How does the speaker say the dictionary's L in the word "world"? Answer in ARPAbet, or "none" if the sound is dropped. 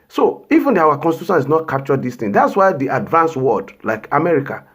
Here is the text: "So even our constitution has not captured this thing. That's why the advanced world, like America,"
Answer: none